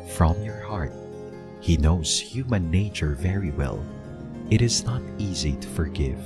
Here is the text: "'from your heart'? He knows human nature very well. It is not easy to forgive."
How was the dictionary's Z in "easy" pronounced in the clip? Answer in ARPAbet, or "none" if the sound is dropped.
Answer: Z